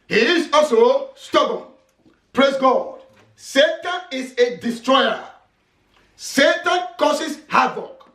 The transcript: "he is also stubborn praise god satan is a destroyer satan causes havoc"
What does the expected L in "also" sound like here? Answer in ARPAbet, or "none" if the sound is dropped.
none